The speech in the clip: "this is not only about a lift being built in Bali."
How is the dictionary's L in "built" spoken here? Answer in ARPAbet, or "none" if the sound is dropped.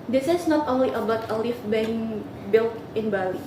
L